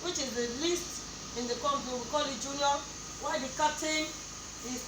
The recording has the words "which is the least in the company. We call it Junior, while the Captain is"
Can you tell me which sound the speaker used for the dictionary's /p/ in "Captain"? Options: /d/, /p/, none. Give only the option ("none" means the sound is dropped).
none